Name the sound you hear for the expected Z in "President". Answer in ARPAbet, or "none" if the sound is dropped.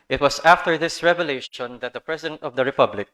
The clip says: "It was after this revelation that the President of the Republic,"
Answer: S